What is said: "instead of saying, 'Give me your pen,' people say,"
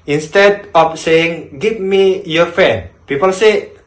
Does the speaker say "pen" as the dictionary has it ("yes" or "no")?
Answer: no